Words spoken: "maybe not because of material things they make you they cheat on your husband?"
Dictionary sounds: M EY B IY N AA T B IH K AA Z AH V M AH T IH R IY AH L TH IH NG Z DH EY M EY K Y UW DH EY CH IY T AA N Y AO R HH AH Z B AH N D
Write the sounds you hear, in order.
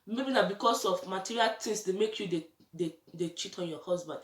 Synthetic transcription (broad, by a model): M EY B IY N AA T B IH K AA S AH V M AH T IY R IY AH L T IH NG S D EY M EY K Y UW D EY CH IY T AA N Y AO HH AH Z B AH N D